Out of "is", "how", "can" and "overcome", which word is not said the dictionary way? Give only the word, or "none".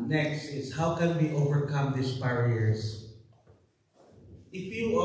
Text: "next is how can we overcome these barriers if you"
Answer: is